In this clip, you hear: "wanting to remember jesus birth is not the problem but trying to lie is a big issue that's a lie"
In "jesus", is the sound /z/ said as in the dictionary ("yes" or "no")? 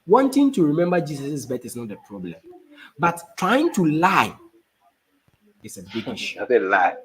no